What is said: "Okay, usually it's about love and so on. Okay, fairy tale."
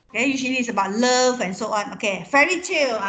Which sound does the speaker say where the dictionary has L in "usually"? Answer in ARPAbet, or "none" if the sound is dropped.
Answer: N